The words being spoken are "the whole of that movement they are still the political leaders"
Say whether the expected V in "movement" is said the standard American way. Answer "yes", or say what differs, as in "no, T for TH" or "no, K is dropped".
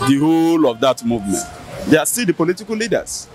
yes